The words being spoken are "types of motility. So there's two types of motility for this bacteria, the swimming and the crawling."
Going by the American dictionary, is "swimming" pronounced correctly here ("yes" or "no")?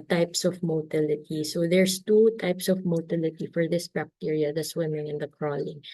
yes